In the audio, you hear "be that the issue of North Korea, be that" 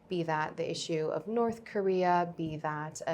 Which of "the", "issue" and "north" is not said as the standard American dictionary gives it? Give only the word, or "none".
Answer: none